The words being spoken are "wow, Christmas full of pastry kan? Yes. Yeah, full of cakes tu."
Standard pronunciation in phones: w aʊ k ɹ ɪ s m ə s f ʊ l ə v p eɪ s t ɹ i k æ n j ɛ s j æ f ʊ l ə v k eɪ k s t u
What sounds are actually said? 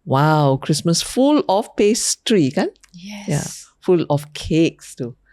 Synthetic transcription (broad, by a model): w aʊ k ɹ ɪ s m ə s f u l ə f p eɪ s t ɹ i k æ n j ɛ j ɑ f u l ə f k eɪ k s t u